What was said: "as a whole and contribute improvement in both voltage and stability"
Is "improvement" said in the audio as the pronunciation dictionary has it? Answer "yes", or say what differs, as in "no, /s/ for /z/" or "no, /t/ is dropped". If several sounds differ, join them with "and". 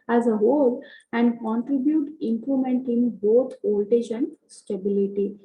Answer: no, /l/ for /ɹ/ and /v/ is dropped